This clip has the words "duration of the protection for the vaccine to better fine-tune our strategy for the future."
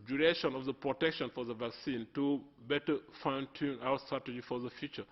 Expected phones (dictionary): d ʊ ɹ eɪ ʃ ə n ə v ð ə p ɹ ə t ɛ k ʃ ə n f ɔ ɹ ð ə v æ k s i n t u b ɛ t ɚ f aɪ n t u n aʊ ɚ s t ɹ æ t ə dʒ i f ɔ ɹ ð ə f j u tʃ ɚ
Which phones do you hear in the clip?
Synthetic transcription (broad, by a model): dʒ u ɹ eɪ ʃ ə n ə v ð ə p ɹ ə t ɛ k ʃ ə n f ɔ ɹ ð ə v æ k s i n t u b ɛ t ɚ f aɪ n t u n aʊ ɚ s t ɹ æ t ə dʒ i f ɔ ɹ ð ə f j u tʃ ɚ